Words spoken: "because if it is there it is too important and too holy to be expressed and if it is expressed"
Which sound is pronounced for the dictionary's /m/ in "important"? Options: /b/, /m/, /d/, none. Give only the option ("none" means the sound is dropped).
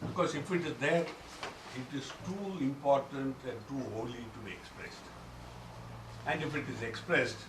/m/